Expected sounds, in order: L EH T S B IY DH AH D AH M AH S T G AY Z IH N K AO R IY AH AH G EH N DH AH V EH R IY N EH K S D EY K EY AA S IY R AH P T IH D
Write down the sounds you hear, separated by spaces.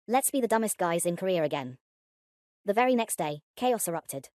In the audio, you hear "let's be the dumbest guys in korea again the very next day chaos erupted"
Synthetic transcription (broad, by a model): L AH T S B IY DH AH D AH M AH S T G AY Z IH N K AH R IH AH AH G EH N DH AH V EH R IY N EH K S D EY K EY AA S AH R AH P T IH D